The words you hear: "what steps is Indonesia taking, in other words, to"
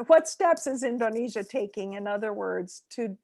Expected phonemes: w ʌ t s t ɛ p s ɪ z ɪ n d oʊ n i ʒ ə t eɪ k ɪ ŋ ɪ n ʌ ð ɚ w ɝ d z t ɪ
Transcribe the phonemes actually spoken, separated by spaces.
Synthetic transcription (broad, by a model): w ʌ t s t ɛ p s ɪ z ɪ n d oʊ n i ʒ ə t eɪ k ɪ ŋ ɪ n ʌ ð ɚ w ɝ d z t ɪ